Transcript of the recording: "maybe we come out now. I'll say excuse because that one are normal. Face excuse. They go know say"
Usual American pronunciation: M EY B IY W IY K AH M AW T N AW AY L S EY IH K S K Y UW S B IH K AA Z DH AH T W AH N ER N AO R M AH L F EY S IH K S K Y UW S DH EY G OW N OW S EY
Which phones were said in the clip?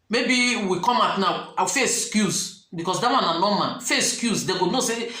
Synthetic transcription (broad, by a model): M EY B IY W IY K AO M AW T N AW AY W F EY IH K S K Y UW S B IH K AA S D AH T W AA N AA N AO M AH N F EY IH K S K Y UW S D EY G OW N OW S EY